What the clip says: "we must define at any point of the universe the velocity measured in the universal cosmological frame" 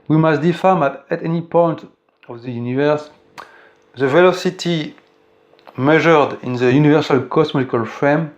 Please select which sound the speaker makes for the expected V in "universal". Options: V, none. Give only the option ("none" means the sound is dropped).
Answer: V